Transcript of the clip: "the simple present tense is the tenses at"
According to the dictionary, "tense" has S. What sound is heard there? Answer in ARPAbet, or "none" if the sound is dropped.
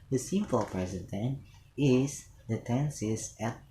none